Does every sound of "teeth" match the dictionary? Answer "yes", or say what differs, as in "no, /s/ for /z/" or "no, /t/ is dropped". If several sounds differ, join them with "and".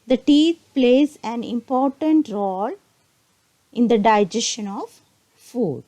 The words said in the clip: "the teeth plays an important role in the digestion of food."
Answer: no, /t/ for /θ/